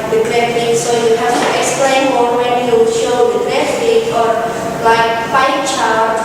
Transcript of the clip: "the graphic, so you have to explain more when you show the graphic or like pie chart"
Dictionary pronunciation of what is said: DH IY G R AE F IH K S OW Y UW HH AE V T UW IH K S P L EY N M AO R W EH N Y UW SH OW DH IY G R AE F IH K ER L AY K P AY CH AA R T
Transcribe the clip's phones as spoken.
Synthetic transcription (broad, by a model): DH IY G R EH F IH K S OW Y UW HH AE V T UW IH K S P L EY N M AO L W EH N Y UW SH OW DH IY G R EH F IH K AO L AY K F AY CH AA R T